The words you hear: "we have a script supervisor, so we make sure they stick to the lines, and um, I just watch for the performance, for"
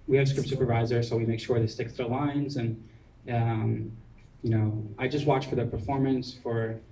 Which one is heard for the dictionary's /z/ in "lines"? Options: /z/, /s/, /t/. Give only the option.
/z/